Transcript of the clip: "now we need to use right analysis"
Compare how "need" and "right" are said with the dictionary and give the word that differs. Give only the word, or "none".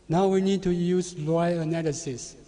right